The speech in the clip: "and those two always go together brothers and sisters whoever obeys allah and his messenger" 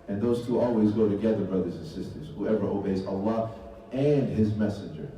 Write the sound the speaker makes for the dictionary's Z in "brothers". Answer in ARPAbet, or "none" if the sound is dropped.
Z